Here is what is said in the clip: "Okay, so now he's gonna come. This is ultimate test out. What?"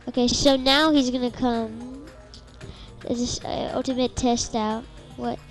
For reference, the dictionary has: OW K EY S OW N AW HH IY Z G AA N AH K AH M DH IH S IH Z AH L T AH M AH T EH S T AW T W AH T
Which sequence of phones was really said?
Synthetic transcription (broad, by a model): OW K EY S OW N AW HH IY Z G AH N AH K AH M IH IH S AH L T AH M AH T EH S T AW T W AH T